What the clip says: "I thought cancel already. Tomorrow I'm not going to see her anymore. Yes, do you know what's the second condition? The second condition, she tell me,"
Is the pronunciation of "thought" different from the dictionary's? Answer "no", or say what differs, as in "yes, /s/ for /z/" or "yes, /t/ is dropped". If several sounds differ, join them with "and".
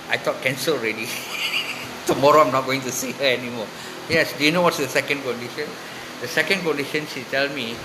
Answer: yes, /t/ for /θ/